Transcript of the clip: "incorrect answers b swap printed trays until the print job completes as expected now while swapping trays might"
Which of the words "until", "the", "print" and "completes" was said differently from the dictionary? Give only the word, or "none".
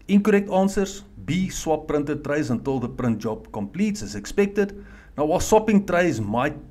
none